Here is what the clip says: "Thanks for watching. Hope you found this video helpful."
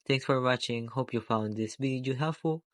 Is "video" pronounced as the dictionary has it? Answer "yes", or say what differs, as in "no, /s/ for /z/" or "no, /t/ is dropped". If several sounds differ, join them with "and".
no, /b/ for /v/